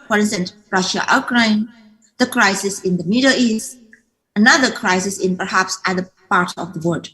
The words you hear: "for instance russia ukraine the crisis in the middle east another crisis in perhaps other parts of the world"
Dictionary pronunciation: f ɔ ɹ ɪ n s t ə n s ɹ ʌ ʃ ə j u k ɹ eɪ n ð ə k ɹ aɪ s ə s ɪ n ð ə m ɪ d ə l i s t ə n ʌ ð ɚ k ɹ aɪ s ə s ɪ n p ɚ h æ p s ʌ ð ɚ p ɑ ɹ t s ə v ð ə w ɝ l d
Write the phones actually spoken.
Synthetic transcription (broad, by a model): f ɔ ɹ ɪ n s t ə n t ɹ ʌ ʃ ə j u k ɹ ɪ n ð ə k ɹ aɪ s ə s ɪ n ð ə m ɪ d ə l i s t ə n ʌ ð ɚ k ɹ aɪ s ə s ɪ n p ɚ h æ p s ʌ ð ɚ p ɑ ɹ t ə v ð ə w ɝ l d